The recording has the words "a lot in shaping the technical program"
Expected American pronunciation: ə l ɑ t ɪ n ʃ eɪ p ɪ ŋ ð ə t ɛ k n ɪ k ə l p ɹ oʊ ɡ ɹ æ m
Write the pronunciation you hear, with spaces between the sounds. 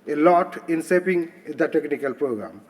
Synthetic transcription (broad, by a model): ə l ɑ t ɪ n s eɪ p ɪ ŋ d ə t ɛ k n ɪ k ə l p ɹ oʊ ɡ ɹ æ m